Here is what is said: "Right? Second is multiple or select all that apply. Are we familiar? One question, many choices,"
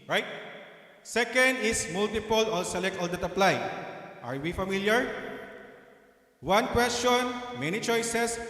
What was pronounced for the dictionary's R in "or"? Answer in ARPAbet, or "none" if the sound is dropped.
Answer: L